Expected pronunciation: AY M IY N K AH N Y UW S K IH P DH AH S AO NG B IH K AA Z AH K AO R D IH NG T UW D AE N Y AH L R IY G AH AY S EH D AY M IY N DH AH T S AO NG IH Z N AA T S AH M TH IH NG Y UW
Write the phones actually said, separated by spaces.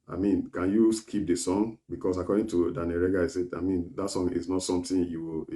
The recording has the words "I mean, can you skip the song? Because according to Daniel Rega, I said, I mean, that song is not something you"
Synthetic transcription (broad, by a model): AY M IY N K AH N Y UW S K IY P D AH S AO NG B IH K AA S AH K AO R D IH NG T UW D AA N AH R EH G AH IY S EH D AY M IY N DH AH T S AO NG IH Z N AA T S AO M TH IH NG Y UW